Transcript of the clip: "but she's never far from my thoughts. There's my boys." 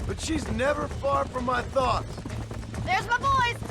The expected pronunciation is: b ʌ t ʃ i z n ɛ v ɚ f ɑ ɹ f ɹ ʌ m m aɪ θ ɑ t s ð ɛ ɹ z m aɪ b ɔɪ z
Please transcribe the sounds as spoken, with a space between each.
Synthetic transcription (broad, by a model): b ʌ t ʃ i z n ɛ v ɚ f ɑ ɹ f ɹ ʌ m m aɪ θ ɑ t s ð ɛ ɹ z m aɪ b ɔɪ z